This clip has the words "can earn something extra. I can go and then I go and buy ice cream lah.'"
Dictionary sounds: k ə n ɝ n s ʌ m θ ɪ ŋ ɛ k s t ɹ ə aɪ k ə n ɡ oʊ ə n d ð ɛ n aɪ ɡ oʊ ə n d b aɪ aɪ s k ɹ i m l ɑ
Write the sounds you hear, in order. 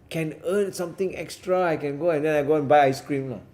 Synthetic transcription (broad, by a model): k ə n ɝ n s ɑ m t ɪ ŋ ɛ k s t ɹ ə aɪ k ə n ɡ oʊ ə n d ɛ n aɪ ɡ oʊ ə n b aɪ aɪ s k ɹ i m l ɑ